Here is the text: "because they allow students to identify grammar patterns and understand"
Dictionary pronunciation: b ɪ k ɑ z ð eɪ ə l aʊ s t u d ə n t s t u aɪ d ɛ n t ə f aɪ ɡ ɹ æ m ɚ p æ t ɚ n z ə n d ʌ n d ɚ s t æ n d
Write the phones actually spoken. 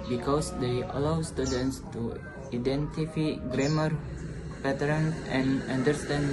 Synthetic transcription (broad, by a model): b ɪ k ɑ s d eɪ ə l aʊ s t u d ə n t s t u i d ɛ n t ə f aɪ ɡ ɹ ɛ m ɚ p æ t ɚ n ə n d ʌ n d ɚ s t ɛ n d